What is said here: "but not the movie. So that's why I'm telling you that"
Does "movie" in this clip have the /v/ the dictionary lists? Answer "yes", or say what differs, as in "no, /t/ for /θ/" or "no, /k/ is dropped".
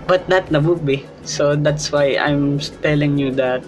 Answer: no, /b/ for /v/